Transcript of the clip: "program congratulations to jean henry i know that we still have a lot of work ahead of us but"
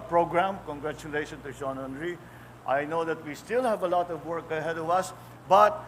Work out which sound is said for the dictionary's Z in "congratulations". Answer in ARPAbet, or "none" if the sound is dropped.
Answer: none